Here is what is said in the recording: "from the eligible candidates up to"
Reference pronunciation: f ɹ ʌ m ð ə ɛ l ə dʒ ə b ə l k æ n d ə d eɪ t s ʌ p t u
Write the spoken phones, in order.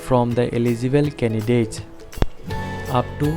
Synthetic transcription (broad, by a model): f ɹ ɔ m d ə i l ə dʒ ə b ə l k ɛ n d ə d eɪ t ʌ p t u